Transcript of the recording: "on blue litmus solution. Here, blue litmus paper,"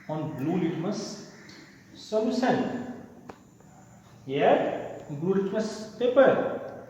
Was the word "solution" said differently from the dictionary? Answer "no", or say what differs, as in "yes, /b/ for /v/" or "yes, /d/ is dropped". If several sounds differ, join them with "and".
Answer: yes, /s/ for /ʃ/